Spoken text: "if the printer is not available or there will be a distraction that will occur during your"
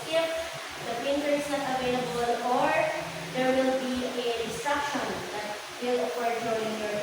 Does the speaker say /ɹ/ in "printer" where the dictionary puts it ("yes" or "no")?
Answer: no